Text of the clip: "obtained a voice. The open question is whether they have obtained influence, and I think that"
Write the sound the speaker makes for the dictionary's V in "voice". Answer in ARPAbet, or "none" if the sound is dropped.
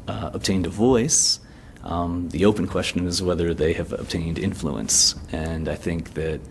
V